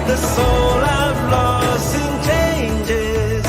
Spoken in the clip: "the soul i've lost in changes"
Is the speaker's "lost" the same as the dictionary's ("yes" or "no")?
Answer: no